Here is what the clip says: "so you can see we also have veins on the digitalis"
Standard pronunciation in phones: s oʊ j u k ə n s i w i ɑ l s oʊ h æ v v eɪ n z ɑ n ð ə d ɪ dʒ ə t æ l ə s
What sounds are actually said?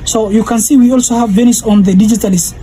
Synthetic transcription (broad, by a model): s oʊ j u k ə n s i w i ɑ l s oʊ h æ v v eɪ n s ɑ n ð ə d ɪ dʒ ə t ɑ l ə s